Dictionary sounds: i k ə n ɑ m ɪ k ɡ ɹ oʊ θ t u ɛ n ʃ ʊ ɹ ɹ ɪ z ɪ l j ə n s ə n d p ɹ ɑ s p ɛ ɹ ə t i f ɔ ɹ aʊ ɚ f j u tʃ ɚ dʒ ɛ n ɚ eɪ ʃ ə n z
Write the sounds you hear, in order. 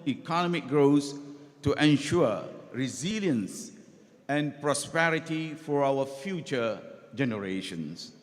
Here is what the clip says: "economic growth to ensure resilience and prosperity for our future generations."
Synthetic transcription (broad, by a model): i k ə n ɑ m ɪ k ɡ ɹ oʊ s t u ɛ n ʃ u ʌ ɹ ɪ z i l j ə n s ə n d p ɹ ɑ s p ɛ ɹ ə t i f ɔ ɹ aʊ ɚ f j u tʃ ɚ dʒ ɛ n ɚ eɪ ʃ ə n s